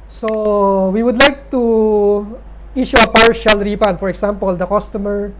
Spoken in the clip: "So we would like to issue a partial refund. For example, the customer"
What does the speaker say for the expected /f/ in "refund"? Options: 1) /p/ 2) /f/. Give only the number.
1